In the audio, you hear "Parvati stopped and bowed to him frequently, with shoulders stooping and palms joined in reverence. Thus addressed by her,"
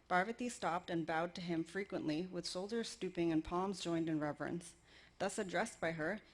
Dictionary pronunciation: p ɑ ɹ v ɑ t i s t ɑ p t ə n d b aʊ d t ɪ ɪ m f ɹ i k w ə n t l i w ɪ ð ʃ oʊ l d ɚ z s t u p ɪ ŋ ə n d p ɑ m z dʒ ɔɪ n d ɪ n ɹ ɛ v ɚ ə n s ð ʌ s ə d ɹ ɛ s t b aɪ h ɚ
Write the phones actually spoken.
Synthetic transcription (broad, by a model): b ɑ ɹ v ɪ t i s t ɑ p t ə n b aʊ d t ɪ ɪ m f ɹ i k w ə n t l i w ɪ ð s oʊ l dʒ ɚ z s t u p ɪ ŋ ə n p ɑ m z dʒ ɔɪ n d ɪ n ɹ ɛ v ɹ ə n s ð ʌ s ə d ɹ ɛ s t b aɪ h ɚ